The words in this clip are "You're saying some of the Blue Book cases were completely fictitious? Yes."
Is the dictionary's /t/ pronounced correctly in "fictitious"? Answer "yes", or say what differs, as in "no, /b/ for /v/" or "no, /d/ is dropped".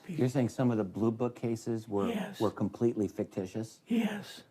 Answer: yes